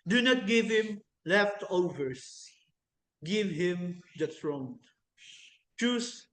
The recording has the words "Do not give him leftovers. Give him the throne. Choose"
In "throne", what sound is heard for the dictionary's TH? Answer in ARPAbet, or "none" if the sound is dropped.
S